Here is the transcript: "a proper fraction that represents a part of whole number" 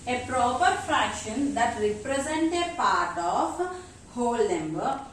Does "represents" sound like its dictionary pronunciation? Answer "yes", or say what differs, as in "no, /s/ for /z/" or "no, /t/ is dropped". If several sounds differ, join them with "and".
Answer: no, /s/ is dropped